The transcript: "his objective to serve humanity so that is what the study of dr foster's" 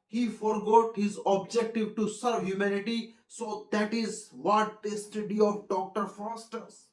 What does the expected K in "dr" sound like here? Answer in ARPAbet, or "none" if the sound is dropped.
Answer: K